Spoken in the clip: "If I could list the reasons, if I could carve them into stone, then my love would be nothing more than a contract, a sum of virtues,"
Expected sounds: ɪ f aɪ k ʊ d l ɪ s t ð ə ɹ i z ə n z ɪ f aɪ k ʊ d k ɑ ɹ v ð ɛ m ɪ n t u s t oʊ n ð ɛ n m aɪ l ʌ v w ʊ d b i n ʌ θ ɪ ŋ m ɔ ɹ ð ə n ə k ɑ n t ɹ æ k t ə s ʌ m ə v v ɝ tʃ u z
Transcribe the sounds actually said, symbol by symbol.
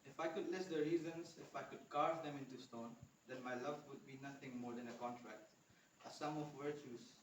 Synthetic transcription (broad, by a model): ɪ f aɪ k ʊ d l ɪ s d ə ɹ i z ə n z ɪ f aɪ k ʊ d k ɑ ɹ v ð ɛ m ɪ n t u s t oʊ n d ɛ n m aɪ l ʌ v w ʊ d b i n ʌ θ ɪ ŋ m ɔ ɹ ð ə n ə k ɑ n t ɹ æ k t ə s ʌ m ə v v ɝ tʃ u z